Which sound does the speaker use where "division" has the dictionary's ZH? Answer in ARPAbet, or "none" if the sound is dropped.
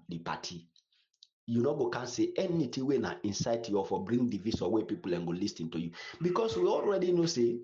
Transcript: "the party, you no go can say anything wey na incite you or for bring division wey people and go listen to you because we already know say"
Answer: S